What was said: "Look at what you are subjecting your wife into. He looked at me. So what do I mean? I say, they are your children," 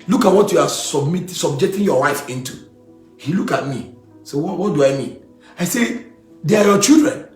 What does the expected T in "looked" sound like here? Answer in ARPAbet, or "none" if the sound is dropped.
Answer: none